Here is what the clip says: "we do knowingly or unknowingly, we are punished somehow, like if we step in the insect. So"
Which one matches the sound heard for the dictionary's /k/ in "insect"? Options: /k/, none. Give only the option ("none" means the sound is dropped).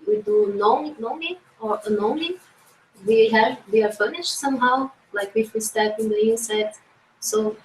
none